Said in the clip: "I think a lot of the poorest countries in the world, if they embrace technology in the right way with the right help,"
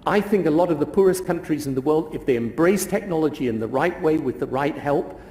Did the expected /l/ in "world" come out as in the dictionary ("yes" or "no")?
yes